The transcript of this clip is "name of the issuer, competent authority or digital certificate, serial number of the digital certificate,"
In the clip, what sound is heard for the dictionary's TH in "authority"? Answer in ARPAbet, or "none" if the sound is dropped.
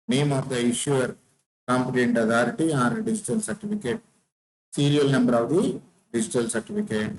T